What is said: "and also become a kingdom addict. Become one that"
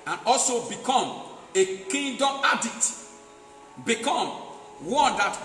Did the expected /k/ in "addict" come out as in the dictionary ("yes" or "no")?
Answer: no